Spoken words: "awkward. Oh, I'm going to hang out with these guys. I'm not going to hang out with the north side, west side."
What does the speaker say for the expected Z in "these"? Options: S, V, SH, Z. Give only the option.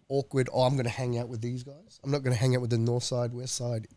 Z